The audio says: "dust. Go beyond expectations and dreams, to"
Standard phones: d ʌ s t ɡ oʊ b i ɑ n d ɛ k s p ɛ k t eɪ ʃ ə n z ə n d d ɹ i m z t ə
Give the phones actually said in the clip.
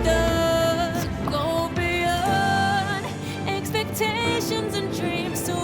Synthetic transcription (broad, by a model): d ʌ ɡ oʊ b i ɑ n ɛ k s p ɛ k t eɪ ʃ ə n z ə n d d ɹ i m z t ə